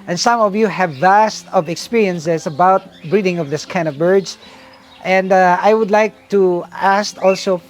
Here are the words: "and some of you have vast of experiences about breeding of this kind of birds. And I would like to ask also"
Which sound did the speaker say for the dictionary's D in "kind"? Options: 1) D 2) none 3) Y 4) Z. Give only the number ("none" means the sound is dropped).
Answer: 2